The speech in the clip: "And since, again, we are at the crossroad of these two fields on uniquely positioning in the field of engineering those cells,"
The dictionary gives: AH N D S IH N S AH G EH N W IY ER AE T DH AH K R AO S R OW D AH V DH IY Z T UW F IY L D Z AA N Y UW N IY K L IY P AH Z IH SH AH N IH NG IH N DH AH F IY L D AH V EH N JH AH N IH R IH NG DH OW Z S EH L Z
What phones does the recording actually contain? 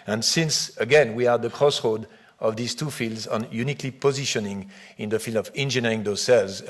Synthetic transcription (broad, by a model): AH N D S IH N S AH G EH N W IY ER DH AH K R AO S R OW D AH V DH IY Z T UW F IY L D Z AA N Y UW N IY K L IY P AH Z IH SH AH N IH NG IH N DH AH F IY L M AH V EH N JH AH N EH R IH NG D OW S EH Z